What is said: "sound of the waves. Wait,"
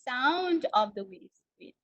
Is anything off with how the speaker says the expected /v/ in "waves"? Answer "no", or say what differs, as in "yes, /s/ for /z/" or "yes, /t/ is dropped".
yes, /v/ is dropped